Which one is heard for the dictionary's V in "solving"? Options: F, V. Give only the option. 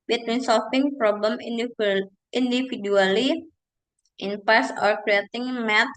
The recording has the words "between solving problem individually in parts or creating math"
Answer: F